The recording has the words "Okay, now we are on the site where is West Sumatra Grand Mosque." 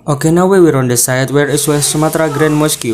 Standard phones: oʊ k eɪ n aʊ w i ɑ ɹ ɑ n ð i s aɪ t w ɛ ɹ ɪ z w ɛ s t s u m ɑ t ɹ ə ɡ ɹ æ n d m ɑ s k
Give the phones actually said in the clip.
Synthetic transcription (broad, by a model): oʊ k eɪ n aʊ w i ɹ ɑ n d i s aɪ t w ɛ ɹ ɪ s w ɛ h s u m ɑ t ɹ ə ɡ ɹ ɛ n m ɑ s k